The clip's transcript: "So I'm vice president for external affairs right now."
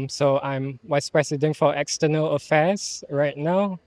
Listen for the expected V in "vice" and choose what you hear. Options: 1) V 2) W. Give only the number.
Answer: 2